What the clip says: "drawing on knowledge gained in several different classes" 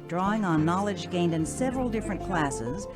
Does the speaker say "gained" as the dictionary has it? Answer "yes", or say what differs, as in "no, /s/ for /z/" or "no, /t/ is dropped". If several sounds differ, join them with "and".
yes